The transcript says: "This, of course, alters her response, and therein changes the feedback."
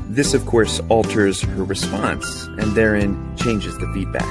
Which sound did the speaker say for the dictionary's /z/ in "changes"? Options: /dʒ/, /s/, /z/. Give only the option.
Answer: /z/